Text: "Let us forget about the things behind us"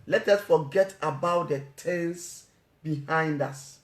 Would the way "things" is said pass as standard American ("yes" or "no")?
no